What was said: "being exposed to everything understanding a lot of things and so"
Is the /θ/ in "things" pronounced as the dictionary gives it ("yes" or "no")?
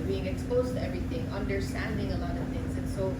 no